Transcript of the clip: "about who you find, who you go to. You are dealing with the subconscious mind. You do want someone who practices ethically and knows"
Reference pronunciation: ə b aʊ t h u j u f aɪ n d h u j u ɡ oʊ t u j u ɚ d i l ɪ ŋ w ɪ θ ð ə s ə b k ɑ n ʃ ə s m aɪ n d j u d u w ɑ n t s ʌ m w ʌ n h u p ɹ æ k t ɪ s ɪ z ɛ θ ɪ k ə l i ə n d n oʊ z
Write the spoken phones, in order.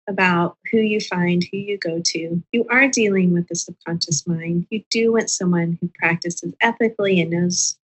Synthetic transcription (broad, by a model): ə b aʊ t h u j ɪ f aɪ n d h u j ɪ ɡ oʊ t u j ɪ ɚ d i l ɪ ŋ w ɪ ð ə s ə k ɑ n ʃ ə s m aɪ n d j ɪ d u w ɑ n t s ʌ m w ʌ n h u p ɹ æ k t ɪ s ɪ z ɛ θ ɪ k l i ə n n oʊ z